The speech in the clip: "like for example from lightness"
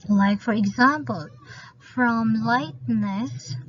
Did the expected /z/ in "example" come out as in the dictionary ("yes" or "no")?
yes